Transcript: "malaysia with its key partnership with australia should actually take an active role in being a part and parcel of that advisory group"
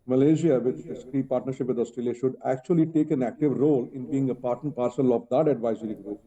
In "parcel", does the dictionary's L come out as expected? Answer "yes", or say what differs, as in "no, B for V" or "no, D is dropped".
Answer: yes